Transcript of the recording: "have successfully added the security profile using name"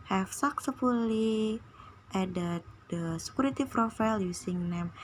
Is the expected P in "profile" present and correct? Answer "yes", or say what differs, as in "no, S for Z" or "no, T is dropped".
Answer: no, F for P